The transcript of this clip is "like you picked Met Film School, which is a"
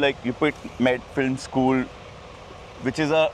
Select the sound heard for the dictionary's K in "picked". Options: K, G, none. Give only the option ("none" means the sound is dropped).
none